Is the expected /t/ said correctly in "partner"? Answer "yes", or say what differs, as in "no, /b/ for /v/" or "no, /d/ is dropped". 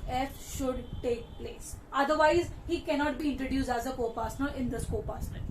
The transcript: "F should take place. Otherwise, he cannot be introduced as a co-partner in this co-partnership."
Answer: no, /s/ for /t/